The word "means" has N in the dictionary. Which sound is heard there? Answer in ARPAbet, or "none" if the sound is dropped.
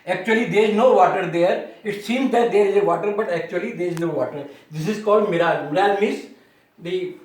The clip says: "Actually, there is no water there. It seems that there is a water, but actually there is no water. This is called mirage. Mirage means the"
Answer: none